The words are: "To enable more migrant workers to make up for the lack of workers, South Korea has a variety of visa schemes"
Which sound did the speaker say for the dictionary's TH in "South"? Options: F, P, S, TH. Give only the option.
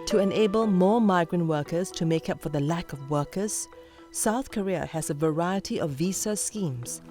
TH